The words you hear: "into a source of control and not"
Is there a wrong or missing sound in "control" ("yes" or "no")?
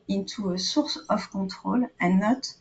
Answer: yes